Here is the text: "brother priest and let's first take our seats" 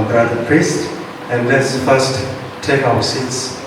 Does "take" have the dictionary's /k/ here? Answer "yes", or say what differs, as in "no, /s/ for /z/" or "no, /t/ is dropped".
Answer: yes